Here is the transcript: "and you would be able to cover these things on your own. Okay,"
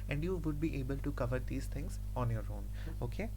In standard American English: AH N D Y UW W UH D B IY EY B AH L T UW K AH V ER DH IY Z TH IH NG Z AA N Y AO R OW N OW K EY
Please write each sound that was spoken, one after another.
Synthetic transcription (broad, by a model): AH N D Y UW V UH D B IY EY B AH L T UW K AH V ER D IY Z T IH NG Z AA N Y AO R OW N OW K EY